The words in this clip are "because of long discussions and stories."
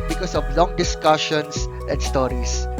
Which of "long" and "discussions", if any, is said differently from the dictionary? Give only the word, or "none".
discussions